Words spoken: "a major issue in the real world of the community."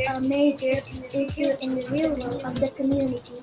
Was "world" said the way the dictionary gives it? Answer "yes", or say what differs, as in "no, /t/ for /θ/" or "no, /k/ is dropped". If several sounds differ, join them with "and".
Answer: no, /d/ is dropped